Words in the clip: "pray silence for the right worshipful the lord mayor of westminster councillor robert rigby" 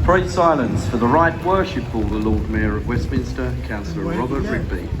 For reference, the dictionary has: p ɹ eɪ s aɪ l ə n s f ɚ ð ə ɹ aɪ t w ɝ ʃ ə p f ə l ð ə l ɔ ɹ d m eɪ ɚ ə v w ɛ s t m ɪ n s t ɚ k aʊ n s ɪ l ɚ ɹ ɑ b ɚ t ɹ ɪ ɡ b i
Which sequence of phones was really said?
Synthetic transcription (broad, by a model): p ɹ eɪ s aɪ l ə n s f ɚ ð ə ɹ aɪ t w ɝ ʃ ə p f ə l ð ə l ɔ d m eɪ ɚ ə v w ɛ s m ɪ n s t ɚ k aʊ n s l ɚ ɹ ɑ b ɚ t ɹ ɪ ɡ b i